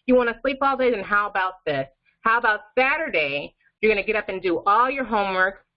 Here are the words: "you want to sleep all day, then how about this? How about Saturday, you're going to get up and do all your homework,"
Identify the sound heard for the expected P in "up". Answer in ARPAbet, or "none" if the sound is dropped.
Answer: P